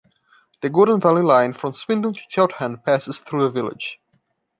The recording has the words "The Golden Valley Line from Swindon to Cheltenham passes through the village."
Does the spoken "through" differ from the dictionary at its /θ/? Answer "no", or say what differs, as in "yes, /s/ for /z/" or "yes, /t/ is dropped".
no